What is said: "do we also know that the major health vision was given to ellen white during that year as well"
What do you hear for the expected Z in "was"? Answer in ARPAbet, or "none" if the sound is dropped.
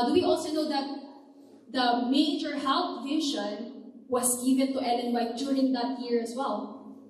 S